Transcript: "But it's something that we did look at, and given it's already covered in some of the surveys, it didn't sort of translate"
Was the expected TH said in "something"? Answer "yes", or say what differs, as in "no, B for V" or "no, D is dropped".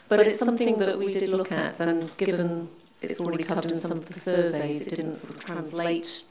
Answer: yes